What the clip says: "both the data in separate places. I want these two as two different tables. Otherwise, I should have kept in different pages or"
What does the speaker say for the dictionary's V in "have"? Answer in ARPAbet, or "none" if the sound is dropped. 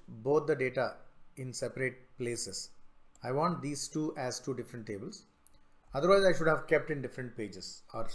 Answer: V